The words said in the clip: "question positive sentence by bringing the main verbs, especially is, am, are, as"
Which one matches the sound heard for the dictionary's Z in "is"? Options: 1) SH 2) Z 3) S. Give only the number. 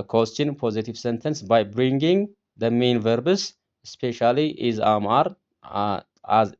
2